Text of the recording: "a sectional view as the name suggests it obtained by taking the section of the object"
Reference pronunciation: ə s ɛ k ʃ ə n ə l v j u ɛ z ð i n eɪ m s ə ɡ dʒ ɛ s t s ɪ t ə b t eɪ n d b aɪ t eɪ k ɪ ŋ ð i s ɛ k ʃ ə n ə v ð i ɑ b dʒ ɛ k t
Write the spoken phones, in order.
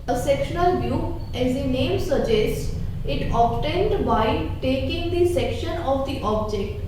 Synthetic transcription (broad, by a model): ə s ɛ k ʃ ə n ə l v j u ɛ z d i n eɪ m s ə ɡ dʒ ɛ s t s ɪ t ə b t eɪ n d b aɪ t eɪ k ɪ ŋ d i s ɛ k ʃ ə n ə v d i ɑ b dʒ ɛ k t